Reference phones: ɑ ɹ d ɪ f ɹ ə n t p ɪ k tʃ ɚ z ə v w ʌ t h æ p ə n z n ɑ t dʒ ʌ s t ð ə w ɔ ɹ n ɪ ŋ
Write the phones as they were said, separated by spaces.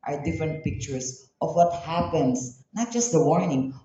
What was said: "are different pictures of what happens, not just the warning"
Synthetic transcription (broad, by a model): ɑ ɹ d ɪ f ɹ ə n t p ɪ k tʃ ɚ s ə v w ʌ t h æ p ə n s n ɑ t dʒ ʌ s t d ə w ɔ ɹ n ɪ ŋ